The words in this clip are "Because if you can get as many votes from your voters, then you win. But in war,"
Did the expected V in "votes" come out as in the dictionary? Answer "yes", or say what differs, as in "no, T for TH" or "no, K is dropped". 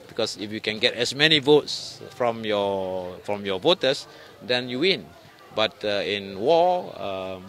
yes